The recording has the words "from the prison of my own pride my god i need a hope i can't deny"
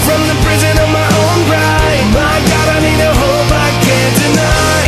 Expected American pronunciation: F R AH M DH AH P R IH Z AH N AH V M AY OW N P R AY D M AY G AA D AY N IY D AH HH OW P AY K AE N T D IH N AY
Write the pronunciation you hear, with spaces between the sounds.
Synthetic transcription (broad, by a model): F R AH M DH AH P R IH Z AH N AH V M AY OW N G R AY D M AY G AA D AY N IY D AH HH OW B AY K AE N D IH N AY